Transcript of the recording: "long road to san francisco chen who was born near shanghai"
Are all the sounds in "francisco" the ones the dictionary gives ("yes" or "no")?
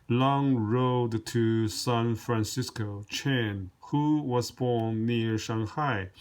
yes